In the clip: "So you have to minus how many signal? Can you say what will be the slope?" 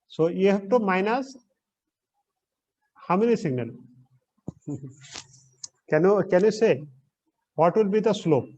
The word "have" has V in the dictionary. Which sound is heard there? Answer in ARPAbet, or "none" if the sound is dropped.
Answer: P